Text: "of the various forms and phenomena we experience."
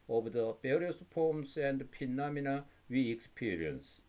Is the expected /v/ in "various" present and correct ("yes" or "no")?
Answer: no